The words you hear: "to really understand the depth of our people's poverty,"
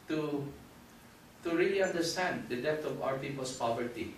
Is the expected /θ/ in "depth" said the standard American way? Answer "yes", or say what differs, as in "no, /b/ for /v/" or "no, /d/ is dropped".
no, /t/ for /θ/